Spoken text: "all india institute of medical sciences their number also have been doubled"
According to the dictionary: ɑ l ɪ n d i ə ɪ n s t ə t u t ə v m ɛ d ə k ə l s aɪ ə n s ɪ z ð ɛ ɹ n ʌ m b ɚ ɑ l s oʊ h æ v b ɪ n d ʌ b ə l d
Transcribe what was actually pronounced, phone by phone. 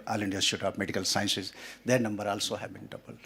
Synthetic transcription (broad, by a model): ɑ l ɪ n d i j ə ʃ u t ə p m ɛ d ə k ə l s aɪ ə n s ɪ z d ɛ ɹ n ʌ m b ɚ ɑ l s oʊ h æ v b ɪ n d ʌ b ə l